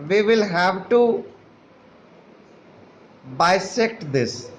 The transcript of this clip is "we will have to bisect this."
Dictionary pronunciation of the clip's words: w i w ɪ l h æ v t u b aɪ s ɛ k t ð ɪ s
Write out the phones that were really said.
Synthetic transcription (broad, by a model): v i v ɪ l h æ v t u b aɪ s ɛ k t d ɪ s